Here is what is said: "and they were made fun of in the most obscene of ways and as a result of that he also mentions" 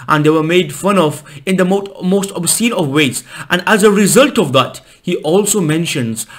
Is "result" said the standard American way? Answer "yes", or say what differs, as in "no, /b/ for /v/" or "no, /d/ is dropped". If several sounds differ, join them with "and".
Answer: yes